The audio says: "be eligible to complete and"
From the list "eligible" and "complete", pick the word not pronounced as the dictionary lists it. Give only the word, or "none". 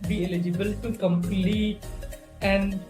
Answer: none